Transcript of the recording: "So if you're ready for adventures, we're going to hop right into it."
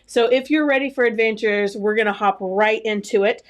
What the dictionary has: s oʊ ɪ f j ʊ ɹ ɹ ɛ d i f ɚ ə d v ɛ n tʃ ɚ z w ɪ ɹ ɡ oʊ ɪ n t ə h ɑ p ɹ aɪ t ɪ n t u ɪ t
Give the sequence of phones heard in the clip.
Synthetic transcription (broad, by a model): s oʊ ɪ f j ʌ ɹ ɹ ɛ d i f ɚ ə d v ɛ n tʃ ɚ z w ɪ ɹ ɡ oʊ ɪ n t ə h ɑ p ɹ aɪ t ɪ n t u ɪ t